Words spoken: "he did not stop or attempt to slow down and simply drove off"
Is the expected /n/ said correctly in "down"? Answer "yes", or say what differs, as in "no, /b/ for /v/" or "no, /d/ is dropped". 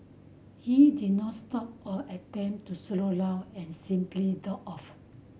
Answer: no, /n/ is dropped